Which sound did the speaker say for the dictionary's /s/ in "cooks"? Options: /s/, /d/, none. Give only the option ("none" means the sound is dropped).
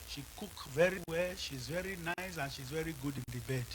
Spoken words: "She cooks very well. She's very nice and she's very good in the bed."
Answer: none